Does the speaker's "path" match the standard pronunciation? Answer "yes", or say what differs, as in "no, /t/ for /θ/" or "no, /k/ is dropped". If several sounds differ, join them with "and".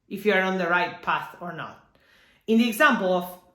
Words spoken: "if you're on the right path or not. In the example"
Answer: yes